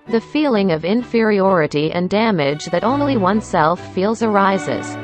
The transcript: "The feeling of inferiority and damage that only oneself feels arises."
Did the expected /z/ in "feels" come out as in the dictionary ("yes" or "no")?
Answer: yes